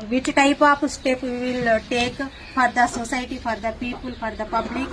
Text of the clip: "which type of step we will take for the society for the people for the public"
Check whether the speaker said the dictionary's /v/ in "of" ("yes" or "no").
no